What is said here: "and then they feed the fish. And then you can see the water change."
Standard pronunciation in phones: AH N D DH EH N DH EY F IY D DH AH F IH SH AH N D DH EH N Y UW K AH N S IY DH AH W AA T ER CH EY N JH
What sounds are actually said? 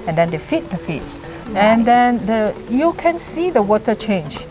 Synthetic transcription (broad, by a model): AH N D EH N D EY F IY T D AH F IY S AH N D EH N Y UW K AH N S IY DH AH W AA T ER CH EY N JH